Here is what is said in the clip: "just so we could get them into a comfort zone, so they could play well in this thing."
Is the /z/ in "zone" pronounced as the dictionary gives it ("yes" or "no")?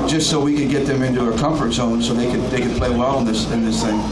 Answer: no